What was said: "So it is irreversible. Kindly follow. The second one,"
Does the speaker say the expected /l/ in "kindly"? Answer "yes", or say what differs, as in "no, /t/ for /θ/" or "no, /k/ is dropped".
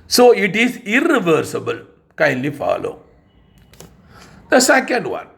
yes